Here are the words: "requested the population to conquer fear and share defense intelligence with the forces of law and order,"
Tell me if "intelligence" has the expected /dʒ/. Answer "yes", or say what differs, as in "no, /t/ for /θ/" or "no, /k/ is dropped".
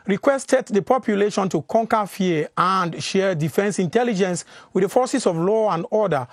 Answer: yes